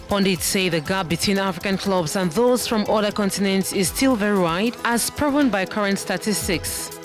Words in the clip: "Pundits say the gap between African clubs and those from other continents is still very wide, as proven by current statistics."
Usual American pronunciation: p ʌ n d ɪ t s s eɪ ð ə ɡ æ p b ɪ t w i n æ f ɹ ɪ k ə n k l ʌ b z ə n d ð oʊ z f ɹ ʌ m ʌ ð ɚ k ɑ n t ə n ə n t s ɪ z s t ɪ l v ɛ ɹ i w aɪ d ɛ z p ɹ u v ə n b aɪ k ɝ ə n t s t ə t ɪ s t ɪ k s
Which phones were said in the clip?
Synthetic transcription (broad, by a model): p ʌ n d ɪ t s s eɪ ð ə ɡ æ b ɪ t w i n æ f ɹ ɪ k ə n k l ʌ b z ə n ð oʊ z f ɹ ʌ m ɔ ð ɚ k ɑ n t ə n ə n t s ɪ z s t ɪ l v ɛ ɹ i w aɪ d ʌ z p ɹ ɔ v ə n b aɪ k ɝ ə n t s t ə t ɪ s t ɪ k s